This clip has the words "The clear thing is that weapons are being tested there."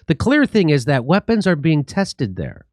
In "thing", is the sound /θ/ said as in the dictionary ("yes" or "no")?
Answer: yes